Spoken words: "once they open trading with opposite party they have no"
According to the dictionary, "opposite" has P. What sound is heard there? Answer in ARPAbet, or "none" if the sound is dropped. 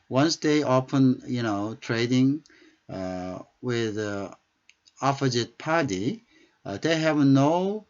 F